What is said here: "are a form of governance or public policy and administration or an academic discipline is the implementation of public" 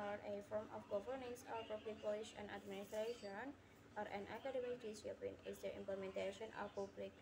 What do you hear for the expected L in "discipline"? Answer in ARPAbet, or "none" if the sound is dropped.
none